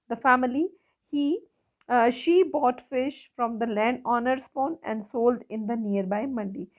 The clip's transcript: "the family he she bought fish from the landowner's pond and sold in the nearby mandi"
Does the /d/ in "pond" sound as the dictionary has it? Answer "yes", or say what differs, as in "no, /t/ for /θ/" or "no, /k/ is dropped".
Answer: no, /d/ is dropped